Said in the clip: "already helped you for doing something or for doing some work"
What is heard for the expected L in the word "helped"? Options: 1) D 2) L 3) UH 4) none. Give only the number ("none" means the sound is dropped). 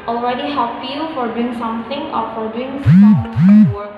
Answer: 4